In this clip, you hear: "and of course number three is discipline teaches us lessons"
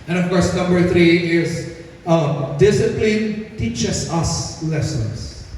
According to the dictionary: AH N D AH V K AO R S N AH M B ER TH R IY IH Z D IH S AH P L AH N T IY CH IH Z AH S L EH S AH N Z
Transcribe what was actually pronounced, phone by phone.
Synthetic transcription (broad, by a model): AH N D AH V K AO R S N AH M B ER TH R IY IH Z D IH S AH P L AH N T IY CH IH S AH S L EH S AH N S